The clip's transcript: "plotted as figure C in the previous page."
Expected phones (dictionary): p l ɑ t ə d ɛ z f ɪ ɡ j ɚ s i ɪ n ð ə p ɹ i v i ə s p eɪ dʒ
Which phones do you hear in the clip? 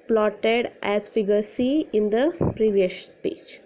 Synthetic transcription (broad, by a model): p l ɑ t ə d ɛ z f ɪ ɡ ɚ s i ɪ n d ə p ɹ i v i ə ʃ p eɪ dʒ